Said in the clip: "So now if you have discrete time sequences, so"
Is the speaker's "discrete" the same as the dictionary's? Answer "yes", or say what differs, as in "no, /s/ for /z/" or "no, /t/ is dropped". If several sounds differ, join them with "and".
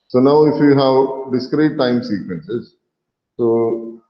yes